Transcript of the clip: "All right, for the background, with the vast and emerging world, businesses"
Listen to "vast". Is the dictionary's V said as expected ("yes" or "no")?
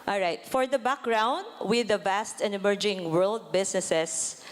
yes